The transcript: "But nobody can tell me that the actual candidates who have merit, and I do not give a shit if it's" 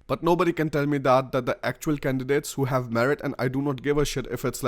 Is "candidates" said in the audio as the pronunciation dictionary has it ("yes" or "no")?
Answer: yes